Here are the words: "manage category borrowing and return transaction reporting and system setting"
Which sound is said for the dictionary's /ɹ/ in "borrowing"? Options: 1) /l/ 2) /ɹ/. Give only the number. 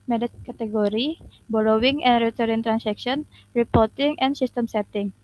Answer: 1